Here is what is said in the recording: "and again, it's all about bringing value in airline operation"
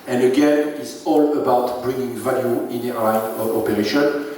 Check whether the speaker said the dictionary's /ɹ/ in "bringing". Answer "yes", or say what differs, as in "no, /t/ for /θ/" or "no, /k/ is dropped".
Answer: yes